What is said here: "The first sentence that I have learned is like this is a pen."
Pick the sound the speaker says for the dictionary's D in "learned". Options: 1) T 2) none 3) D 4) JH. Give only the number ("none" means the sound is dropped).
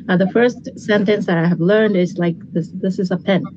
3